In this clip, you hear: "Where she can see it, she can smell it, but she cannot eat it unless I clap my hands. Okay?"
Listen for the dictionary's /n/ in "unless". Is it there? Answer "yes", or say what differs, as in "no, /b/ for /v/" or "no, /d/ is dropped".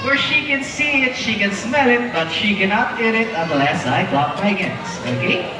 no, /n/ is dropped